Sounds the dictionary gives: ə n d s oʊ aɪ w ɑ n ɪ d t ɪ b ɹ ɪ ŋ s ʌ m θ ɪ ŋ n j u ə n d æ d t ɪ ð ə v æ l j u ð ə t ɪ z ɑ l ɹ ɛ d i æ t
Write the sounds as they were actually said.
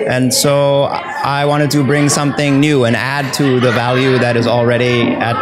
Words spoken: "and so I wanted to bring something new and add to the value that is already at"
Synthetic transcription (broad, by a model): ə n s oʊ aɪ w ɑ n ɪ d t ɪ b ɹ ɪ ŋ s ʌ m θ ɪ ŋ n j u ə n æ d t ɪ ð ə v æ l j u ð ə t ɪ z l ɹ ɛ d i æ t